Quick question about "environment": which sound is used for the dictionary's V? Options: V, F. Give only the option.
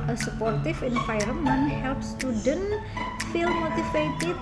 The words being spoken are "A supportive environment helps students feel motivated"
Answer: F